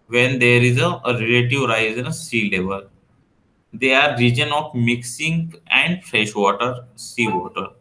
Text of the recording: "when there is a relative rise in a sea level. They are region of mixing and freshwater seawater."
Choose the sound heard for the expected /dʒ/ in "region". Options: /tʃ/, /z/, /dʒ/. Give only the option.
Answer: /dʒ/